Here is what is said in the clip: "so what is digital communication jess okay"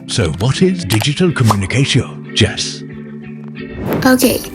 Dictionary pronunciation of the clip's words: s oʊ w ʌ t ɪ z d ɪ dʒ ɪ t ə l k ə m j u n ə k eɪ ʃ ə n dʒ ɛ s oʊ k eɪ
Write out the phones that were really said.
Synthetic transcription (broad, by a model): s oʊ w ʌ t ɪ z d ɪ dʒ ɪ t ə l k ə m j u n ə k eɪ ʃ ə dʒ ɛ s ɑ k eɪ